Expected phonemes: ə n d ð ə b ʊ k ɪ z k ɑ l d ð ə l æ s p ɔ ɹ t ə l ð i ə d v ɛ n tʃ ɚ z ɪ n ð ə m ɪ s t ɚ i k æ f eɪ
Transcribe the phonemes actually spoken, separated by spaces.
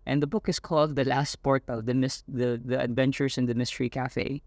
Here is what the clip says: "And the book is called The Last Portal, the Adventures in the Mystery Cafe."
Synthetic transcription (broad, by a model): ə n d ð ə b ʊ k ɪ s k ɑ l d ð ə l æ s p ɔ ɹ t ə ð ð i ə d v ɛ n tʃ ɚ s ɪ n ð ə m ɪ s t ɚ i k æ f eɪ